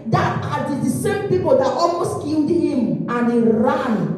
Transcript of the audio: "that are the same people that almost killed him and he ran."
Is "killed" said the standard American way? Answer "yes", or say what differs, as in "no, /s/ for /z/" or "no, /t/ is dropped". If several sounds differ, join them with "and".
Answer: no, /n/ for /l/